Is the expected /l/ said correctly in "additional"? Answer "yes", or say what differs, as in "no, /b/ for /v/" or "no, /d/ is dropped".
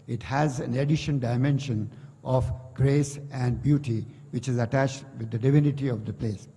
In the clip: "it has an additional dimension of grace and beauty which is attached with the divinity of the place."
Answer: no, /n/ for /l/